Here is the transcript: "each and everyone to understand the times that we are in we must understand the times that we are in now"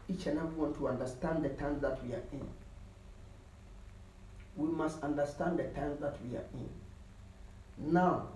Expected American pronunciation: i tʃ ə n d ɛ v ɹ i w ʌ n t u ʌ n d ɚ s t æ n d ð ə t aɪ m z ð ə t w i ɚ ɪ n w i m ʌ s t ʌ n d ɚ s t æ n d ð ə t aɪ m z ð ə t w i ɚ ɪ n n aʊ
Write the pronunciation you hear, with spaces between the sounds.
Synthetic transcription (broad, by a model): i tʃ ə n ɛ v i w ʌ n t u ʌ n d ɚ s t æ n d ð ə t aɪ m z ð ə t w i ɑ ɪ n w i m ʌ s t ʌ n d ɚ s t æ n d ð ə t aɪ m z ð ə t w i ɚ ɪ n n aʊ